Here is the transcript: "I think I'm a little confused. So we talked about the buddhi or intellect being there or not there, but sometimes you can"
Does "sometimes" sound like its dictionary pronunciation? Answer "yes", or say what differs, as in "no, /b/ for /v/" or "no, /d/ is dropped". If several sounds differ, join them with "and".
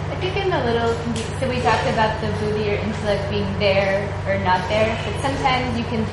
yes